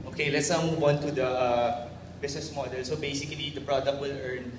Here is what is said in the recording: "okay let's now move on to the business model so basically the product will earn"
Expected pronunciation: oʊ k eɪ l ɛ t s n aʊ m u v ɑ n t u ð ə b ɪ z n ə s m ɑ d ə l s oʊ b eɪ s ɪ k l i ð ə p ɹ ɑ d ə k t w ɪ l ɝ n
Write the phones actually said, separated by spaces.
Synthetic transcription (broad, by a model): oʊ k eɪ l ɛ t s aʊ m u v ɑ n t u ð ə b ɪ s n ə s m ɑ d ə l s oʊ b eɪ s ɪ k l i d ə p ɹ ɑ d ə k t w ɪ l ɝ n